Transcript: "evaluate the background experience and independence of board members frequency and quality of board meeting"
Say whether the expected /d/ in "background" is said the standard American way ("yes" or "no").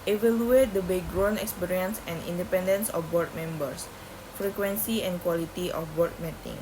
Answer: no